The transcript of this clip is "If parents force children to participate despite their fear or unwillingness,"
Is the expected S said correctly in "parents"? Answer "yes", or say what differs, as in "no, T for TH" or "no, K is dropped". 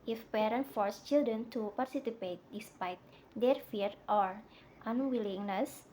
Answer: no, S is dropped